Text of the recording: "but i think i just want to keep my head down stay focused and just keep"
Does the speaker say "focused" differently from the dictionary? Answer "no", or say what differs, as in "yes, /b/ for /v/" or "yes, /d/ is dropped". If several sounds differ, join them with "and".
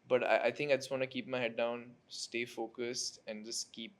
no